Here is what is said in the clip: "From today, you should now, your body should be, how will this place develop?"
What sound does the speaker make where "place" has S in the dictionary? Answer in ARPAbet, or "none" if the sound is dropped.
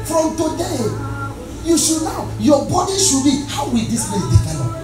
none